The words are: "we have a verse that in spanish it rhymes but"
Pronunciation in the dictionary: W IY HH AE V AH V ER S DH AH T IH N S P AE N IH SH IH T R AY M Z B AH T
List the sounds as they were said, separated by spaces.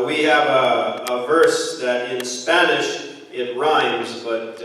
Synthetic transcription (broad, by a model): W IY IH V AH V ER S DH AH T IH N S P AE N IH SH IH T R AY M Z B AH T